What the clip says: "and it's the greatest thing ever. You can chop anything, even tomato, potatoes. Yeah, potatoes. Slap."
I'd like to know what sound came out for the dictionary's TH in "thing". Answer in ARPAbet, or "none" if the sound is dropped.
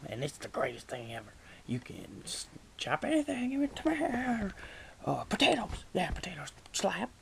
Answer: TH